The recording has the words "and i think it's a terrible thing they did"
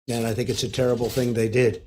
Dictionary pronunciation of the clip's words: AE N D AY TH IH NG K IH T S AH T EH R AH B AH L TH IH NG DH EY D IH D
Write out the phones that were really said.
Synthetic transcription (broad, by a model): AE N AY TH IH NG K IH T S AH T EH R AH B L TH IH NG DH EY D IH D